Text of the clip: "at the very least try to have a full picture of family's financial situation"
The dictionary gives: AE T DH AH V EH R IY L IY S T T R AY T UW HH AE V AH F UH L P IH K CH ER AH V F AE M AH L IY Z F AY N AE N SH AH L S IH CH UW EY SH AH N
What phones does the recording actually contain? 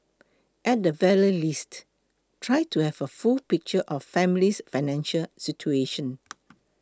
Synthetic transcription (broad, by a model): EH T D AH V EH L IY L IY S T T R AY T UW HH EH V AH F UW L P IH K CH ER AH F F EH M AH L IY S F AY N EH N SH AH L S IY CH UW EY SH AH N